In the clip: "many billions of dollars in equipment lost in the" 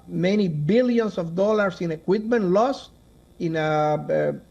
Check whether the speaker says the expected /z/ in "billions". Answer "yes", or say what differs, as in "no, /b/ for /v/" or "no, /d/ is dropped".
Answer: no, /s/ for /z/